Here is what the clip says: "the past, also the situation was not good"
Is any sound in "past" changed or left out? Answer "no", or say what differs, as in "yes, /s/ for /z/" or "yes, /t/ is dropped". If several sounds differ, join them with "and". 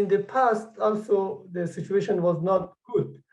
no